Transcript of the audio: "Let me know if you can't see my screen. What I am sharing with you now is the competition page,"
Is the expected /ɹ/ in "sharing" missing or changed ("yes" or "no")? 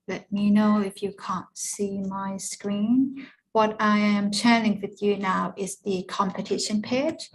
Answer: yes